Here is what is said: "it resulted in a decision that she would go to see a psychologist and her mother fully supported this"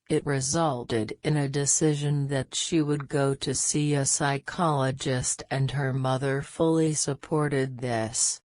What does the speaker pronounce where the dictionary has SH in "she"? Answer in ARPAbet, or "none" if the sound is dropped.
SH